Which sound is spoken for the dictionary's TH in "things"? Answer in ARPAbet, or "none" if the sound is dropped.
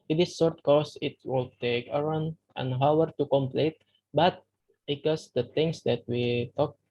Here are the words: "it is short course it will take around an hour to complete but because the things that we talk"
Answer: T